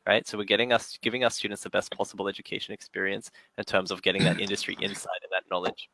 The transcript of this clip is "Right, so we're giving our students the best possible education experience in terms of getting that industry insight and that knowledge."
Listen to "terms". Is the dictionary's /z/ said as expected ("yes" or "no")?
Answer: yes